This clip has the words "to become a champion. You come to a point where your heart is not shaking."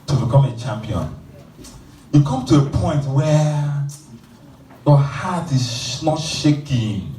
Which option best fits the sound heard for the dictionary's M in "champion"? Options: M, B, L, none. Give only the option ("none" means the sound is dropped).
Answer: M